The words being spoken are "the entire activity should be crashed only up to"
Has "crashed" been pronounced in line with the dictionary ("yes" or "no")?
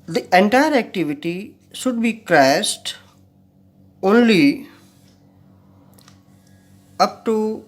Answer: no